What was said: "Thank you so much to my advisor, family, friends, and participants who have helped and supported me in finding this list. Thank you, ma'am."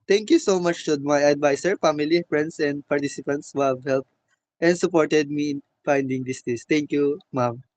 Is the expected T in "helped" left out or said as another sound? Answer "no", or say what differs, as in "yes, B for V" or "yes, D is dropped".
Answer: no